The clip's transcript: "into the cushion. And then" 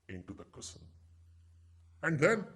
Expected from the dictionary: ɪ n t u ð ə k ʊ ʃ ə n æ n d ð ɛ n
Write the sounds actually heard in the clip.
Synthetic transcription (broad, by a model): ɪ n t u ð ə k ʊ s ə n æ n d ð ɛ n